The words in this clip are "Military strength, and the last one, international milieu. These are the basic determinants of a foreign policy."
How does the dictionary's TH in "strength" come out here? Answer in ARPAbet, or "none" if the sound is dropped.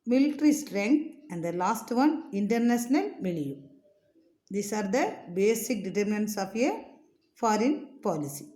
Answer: T